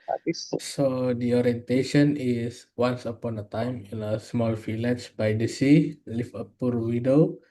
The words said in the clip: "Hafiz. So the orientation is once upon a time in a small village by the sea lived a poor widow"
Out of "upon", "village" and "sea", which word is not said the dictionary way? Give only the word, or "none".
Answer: village